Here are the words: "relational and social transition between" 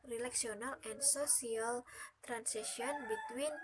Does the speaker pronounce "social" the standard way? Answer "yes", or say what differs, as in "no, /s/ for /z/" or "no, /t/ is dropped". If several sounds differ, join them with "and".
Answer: no, /s/ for /ʃ/